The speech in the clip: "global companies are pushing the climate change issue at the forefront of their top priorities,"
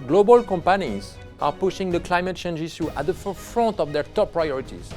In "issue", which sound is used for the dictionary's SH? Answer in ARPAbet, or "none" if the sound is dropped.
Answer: S